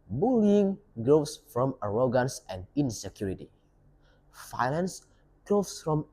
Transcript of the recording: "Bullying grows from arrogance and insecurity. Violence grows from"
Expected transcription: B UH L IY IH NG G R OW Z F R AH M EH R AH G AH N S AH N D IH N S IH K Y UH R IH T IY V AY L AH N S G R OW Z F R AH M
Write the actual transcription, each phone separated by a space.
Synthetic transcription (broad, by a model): B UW L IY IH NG G R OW S F R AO M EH R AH G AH N S AH N D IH N S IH K Y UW R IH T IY F AY N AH N S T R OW S F R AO M